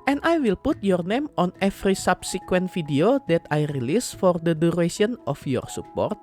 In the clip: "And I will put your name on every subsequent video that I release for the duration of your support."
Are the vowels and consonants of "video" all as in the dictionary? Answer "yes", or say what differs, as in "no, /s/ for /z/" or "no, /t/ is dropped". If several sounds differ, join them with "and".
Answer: no, /f/ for /v/